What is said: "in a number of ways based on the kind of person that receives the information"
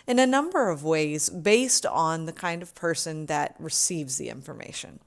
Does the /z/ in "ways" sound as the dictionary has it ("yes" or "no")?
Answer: yes